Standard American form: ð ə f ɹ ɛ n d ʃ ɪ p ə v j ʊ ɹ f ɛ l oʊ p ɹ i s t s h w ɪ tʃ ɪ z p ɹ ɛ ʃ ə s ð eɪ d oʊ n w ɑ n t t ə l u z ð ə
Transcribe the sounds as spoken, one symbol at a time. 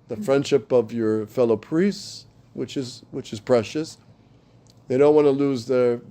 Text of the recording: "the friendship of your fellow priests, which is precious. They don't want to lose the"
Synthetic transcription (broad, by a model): ð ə f ɹ ɛ n d ʃ ɪ p ə v j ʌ ɹ f ɛ l oʊ p ɹ i s t s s w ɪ tʃ ɪ z p ɹ ɛ ʃ ə s ð eɪ d oʊ n w ɑ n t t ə l u z ð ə